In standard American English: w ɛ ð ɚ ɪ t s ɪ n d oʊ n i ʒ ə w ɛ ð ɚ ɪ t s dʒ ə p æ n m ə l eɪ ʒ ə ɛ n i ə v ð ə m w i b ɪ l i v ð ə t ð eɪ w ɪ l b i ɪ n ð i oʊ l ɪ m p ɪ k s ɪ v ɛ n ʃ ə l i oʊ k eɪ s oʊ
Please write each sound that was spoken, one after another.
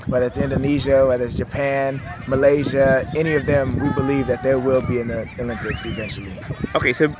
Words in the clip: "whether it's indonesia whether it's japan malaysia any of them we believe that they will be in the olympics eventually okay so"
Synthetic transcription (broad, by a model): w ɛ ð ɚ ɪ t s ɪ n d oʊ n i ʒ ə w ɛ ð ɚ ɪ t s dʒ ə p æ n m ə l eɪ ʒ ə ɛ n i ə v ð ə m w i b ɪ l i v ð ə t ð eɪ w ɪ l b i ɪ n ð i oʊ l ɪ m p ɪ k s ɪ v ɛ n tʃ l i oʊ k eɪ s oʊ